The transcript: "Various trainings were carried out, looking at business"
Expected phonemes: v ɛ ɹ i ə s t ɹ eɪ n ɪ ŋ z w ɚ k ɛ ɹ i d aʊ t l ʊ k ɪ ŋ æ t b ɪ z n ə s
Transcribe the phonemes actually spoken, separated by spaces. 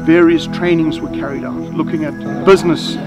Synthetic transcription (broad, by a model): v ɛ ɹ i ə s t ɹ eɪ n ɪ ŋ z w ɚ k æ ɹ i d aʊ t l ʊ k ɪ ŋ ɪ t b ɪ z n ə s